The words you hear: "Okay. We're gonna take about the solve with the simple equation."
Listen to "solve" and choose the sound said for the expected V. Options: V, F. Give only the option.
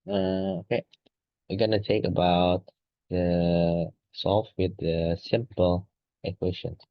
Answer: F